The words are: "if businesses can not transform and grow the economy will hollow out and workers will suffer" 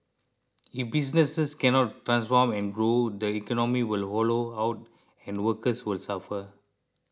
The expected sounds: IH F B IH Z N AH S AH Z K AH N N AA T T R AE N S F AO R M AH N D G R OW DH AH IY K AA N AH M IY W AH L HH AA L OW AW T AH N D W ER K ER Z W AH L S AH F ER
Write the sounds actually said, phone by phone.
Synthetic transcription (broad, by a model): IH F B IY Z N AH S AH S K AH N N AA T T R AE N S F AO M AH N G R OW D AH IY K AA N AH M IY W AH L HH AA L OW AW T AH N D W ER K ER S W AH L S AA F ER